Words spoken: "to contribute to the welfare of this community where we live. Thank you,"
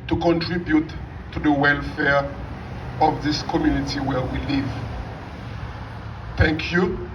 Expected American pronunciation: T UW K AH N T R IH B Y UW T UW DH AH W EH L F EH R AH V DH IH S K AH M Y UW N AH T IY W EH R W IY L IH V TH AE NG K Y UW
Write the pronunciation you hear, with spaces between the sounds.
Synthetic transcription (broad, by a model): T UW K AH N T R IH B Y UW T UW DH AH W EH L F EH R AH V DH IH S K AH M Y UW N AH T IY W EH R W IY L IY V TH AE NG K Y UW